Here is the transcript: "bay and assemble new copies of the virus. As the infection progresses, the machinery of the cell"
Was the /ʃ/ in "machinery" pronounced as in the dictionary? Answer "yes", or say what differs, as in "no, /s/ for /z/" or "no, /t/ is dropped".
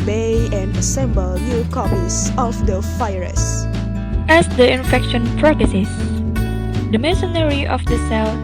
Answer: no, /s/ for /ʃ/